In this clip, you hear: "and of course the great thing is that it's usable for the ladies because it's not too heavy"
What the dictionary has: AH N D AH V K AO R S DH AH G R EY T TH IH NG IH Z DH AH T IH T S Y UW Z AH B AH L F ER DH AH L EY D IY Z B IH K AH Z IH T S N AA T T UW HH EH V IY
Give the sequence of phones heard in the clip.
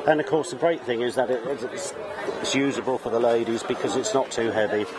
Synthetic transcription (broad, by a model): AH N AH V K AO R S DH AH G R EY T TH IH NG IH Z DH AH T IH T S Y UW Z AH B AH L F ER DH AH L EY D IY Z B IH K AH Z IH T S N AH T T UW HH EH V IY